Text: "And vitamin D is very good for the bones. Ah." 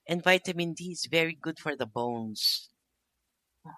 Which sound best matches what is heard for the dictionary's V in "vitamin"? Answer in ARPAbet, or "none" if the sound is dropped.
V